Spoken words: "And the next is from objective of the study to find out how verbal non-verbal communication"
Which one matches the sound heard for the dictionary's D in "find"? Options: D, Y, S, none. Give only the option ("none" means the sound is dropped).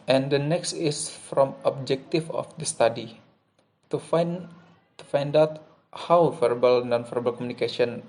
D